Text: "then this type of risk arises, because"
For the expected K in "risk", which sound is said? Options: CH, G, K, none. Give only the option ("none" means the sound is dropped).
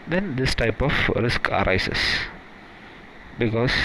K